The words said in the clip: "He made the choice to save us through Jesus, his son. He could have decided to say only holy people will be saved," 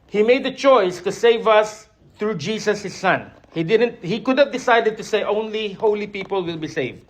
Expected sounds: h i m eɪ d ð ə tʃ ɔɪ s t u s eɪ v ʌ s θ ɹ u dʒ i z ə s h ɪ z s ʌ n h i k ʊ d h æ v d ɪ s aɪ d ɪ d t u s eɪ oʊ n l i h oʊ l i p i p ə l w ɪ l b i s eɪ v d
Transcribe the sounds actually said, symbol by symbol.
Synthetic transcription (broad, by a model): h i m eɪ d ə tʃ ɔɪ s t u s eɪ v ʌ s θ ɹ u dʒ i s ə s h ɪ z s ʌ n h i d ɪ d h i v d ɪ s aɪ d ɪ d t u s eɪ oʊ n l i h oʊ l i p i p ə l w ɪ l b i s eɪ v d